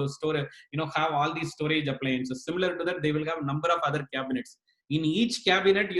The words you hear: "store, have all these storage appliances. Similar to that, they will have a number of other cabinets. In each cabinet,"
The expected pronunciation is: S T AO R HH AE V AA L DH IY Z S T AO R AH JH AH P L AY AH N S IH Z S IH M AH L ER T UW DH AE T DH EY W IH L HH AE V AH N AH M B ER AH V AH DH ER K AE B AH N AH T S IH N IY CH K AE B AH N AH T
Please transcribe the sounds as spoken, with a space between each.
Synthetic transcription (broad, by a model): S T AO R HH AE V AA L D IY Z S T AO R AH JH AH P L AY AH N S S IH M AH L ER T UW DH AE T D EY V IH L HH AE V N AH M B ER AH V AH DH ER K AE B AH N AH T S IH N IY CH K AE B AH N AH T